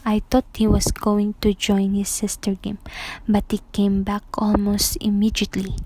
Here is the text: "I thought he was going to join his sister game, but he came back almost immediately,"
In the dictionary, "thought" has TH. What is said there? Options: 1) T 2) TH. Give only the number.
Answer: 1